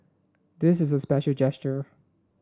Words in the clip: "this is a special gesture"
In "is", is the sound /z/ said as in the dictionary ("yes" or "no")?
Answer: yes